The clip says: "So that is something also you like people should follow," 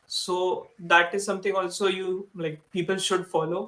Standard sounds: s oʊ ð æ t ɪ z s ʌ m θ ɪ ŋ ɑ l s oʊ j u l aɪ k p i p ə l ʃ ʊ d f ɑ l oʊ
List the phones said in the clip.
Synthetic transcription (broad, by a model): s oʊ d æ t ɪ z s ʌ m t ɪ ŋ ɑ l s oʊ j u l aɪ k p i p ə l ʃ ʊ d f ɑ l oʊ